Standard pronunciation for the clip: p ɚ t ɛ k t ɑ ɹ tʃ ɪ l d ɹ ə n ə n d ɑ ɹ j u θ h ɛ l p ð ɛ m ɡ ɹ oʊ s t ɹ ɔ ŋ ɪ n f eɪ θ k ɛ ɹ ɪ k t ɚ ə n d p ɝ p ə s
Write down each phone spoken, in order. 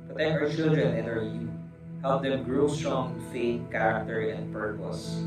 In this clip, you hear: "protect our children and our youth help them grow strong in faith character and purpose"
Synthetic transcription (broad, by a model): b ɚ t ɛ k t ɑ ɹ tʃ ɪ l d ɹ ə n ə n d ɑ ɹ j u h ɛ l p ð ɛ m ɡ ɹ oʊ s t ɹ ɔ ŋ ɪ f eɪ t k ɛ ɹ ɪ k t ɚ ə n d p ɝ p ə s